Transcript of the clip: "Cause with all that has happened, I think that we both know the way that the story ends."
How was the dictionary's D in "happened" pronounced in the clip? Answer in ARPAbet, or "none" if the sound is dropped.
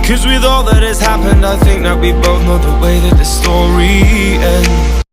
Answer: D